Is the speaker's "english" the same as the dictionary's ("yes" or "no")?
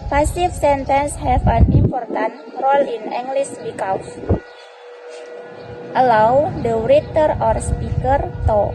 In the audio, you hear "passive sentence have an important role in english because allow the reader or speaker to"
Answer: no